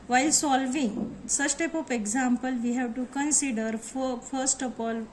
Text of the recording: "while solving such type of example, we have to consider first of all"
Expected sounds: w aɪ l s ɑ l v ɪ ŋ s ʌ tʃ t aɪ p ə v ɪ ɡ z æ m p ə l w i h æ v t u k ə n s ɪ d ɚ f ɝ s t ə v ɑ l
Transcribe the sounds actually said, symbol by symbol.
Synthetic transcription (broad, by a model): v aɪ l s ɑ l v ɪ ŋ s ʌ s t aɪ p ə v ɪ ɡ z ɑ m p ə l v i h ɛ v t u k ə n s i d ɚ f ɝ s t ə f ɑ l